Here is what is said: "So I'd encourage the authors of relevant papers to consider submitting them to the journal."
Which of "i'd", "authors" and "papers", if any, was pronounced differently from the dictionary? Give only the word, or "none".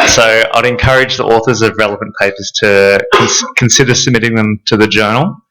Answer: none